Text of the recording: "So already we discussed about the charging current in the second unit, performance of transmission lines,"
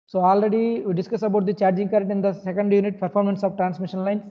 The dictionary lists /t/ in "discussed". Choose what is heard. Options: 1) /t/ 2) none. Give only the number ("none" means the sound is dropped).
2